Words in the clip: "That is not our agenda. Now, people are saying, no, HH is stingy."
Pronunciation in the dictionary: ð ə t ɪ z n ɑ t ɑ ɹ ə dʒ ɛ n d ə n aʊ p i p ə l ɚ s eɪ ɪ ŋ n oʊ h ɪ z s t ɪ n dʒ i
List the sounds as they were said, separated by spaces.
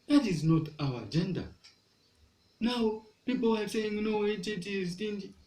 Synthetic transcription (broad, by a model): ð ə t ɪ z n ɑ t ɑ w ə dʒ ɛ n d ə n aʊ p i p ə l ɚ s eɪ ɪ ŋ n oʊ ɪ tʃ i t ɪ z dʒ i